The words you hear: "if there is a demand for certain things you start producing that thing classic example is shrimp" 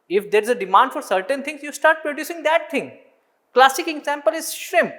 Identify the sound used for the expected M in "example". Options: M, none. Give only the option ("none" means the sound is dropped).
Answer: M